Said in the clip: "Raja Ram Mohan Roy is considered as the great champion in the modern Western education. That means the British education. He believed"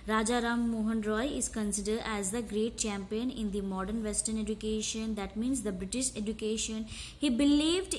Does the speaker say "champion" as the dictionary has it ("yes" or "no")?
yes